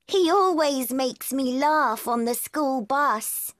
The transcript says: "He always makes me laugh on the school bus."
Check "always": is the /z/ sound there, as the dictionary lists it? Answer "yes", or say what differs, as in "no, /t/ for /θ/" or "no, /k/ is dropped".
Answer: yes